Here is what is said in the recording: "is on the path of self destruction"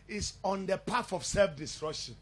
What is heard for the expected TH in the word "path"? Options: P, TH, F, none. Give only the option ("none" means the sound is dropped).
F